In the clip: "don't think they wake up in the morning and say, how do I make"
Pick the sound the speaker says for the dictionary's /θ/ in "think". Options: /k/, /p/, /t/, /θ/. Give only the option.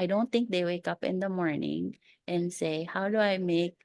/t/